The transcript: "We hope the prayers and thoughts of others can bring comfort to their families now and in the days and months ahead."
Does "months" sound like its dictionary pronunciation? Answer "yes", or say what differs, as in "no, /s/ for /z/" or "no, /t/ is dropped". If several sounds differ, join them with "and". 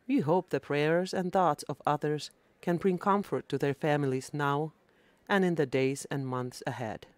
yes